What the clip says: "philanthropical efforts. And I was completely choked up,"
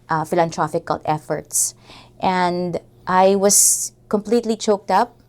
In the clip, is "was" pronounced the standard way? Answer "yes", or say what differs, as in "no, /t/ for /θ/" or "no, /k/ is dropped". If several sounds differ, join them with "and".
no, /s/ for /z/